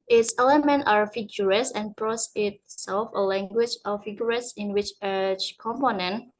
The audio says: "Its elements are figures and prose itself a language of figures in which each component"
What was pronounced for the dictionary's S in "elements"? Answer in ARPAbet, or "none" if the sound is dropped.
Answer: none